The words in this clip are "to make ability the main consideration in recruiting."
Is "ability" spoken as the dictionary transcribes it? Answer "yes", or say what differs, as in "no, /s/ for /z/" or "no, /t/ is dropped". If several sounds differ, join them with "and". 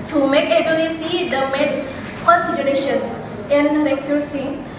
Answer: no, /s/ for /t/